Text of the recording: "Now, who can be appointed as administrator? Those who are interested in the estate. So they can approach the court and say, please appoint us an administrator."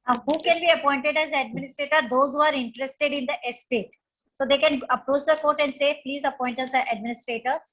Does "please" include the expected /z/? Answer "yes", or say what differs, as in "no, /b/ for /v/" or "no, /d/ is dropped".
yes